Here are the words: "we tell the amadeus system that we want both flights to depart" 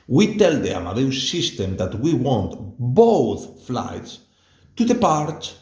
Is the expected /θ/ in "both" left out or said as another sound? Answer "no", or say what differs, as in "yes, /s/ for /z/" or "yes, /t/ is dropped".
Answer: no